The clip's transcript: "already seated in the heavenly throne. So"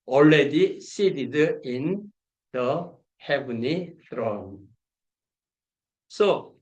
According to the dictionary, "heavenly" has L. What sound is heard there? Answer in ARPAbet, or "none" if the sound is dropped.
none